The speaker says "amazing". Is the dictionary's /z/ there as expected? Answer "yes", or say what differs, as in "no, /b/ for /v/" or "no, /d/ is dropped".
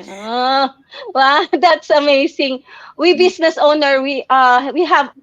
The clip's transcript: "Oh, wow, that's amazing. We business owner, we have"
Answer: no, /s/ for /z/